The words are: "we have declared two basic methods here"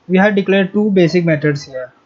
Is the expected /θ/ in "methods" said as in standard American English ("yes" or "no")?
no